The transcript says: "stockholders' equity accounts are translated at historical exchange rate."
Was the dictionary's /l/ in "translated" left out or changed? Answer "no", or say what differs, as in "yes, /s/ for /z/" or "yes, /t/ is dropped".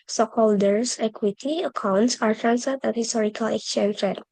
yes, /l/ is dropped